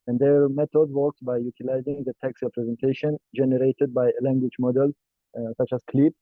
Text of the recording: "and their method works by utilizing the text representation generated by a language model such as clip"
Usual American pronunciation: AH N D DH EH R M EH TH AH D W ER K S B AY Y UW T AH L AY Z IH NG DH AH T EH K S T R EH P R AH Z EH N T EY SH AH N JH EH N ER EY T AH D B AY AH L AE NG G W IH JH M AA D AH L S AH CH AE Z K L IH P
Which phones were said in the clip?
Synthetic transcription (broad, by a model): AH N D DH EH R M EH T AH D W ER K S B AY Y UW T AH L AY Z IH NG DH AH T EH K S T R EH P R AH Z EH N T EY SH AH N JH EH N ER EY T AH D B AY AH L AE NG G W IH JH M AA D AH L S AH CH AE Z K L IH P